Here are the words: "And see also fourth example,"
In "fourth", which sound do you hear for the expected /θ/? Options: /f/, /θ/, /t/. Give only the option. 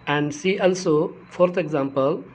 /t/